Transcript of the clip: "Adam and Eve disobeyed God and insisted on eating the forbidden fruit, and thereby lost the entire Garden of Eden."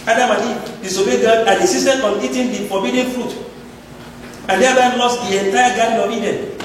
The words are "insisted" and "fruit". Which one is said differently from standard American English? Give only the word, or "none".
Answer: insisted